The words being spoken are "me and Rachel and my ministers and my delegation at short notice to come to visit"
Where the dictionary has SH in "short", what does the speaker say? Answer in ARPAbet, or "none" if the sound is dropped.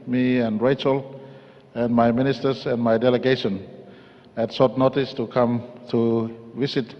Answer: S